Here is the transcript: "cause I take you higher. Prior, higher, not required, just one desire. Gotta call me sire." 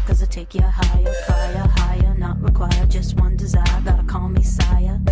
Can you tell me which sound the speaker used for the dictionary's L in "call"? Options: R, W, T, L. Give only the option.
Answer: W